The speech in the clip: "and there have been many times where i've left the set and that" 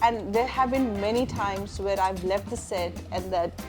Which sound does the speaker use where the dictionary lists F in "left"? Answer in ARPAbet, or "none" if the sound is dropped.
F